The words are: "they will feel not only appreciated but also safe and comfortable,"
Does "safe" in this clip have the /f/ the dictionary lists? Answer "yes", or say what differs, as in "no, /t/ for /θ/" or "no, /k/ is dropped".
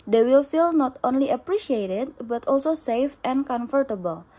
yes